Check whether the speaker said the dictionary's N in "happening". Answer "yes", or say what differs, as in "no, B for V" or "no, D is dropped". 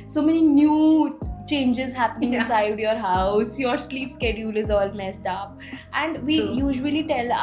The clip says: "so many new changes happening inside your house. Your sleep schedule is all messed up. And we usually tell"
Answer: yes